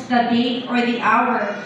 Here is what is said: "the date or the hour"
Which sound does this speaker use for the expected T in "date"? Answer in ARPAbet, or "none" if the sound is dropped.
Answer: none